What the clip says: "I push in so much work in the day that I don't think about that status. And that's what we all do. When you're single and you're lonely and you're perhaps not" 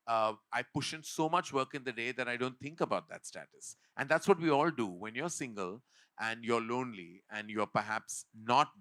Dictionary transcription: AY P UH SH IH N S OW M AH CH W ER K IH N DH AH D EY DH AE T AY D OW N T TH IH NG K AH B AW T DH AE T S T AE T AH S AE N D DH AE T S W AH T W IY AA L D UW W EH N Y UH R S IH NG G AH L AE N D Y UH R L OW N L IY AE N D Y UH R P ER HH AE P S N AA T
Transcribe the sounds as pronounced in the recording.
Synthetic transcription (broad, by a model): AY P UH SH IH N S OW M AH CH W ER K IH N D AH D EY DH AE T AY D OW N T T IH NG K AH B AW T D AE T S T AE T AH S AE N D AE T S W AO T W IY AA L D UW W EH N Y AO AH S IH NG G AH L AE N D Y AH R L OW N L IY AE N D Y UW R P ER HH AE P S N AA T